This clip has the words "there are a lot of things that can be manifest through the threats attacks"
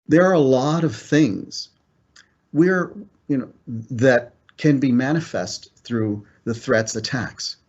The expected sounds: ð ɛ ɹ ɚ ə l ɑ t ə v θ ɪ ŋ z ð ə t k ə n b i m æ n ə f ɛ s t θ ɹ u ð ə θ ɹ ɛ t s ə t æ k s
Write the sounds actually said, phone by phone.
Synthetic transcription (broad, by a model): ð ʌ ɹ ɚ ə l ɑ t ə v θ ɪ ŋ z ð ə t k ə n b i m æ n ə f ɛ s t θ ɹ u ð ə θ ɹ ɛ t s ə t æ k s